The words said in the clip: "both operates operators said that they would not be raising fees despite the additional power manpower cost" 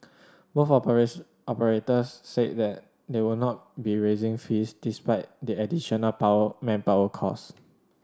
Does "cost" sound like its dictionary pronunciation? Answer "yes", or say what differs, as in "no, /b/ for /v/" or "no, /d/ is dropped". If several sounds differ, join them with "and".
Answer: no, /t/ is dropped